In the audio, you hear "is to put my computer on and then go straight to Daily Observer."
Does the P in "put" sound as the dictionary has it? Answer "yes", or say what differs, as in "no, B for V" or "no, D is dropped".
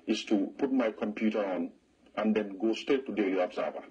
yes